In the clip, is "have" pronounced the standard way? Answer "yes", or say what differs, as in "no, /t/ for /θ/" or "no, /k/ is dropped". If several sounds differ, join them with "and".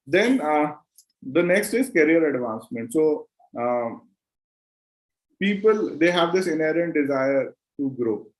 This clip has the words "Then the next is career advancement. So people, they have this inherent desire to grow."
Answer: yes